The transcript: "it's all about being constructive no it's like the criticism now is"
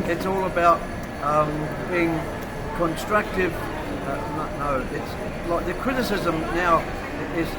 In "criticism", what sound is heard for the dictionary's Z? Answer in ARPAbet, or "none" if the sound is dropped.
Z